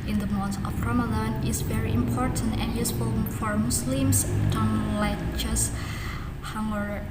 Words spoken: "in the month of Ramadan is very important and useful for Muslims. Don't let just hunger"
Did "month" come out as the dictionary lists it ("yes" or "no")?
no